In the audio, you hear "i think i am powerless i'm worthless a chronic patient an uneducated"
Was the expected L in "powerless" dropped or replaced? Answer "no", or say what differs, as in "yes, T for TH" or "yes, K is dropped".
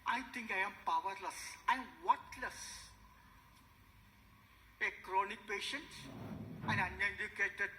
no